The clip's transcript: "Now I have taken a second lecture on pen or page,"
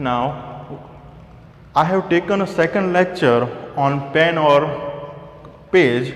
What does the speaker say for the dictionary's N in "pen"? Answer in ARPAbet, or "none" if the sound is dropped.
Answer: N